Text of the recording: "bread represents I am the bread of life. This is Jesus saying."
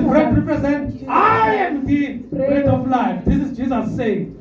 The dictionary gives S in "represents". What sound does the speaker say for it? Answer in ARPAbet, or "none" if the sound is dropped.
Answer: none